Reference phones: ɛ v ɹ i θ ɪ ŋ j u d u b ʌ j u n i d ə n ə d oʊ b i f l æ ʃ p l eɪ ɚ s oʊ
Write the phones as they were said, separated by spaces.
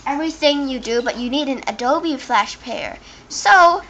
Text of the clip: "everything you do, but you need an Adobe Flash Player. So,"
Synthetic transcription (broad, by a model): ɛ v ɹ i θ ɪ ŋ j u d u b ʌ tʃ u n i d ə n ə d oʊ b i f l æ ʃ p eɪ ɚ s oʊ